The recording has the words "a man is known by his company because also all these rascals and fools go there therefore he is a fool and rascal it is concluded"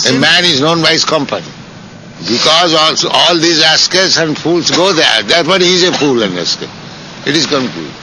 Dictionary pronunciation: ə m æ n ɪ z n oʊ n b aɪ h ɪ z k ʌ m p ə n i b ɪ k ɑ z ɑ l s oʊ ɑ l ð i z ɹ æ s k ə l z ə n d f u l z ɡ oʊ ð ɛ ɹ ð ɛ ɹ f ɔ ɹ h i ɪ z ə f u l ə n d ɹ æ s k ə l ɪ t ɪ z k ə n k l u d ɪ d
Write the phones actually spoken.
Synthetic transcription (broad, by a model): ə m æ n ɪ z n oʊ n b aɪ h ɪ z k ʌ m p ə n i b ɪ k ɑ z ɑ l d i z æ s k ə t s ə n d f u l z ɡ oʊ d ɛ ɹ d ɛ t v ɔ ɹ h i z ə f u l ə n d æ s k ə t ɪ t ɪ z k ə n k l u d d